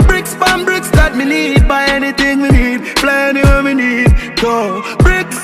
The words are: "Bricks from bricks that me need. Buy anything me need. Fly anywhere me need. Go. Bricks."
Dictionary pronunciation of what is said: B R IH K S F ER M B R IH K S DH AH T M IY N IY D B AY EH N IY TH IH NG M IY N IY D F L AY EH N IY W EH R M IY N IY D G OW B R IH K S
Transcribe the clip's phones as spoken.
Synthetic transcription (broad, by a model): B R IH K S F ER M B R IH K S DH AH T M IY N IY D B AY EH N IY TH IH NG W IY N IY D P L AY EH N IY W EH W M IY N IY D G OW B R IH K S